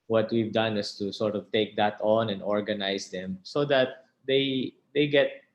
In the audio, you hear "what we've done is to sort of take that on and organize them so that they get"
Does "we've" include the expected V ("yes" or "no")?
yes